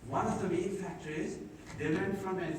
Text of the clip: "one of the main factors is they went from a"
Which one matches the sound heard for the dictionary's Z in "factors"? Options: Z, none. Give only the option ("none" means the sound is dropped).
none